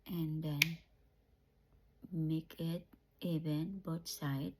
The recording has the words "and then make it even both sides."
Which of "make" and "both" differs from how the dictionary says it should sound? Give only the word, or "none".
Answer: both